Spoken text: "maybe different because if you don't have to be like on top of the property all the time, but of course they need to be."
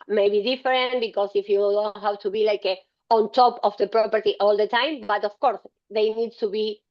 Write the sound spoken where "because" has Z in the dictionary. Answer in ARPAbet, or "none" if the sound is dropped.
S